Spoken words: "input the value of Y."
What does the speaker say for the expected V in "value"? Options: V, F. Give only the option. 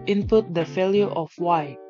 F